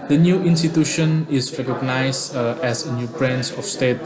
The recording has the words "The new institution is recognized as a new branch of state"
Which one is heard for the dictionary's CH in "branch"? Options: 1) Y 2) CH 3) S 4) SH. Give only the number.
3